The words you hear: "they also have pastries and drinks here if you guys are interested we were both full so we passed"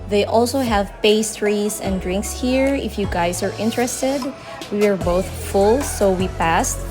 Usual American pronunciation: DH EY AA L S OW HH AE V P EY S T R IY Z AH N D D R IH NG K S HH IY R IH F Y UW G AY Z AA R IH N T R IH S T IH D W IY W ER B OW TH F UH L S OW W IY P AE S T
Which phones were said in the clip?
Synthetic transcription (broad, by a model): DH EY AA L S OW HH AE V P EY S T R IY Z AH N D D R IH NG K S HH IY R IH F Y UW G AY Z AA R IH N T R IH S T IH D W IY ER B OW TH F UH L S OW W IY P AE S T